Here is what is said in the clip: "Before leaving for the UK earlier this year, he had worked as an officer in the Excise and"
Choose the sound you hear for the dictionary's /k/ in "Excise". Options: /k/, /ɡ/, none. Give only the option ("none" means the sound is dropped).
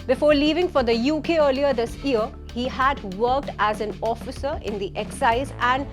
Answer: /k/